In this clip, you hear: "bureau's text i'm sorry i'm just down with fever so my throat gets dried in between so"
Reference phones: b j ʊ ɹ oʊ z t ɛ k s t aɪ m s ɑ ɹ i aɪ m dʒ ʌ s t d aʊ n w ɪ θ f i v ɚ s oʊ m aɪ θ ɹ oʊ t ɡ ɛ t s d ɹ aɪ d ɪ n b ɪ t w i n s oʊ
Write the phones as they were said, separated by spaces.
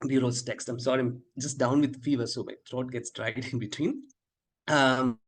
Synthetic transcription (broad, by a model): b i ɹ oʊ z t ɛ k s t aɪ m s ɑ ɹ i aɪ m dʒ ʌ s t d aʊ n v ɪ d f i v ɚ s oʊ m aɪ t ɹ oʊ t ɡ ɛ t s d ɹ aɪ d ɪ n b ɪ t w i n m